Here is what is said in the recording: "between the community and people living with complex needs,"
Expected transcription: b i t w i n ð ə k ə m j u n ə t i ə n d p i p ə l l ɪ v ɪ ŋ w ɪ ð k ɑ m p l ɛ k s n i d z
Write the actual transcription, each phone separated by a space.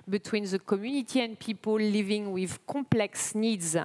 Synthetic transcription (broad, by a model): b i t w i n ð ə k ə m j u n ə t i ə n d p i p ə l l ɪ v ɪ ŋ w ɪ ð k ɑ m p l ɛ k s n i d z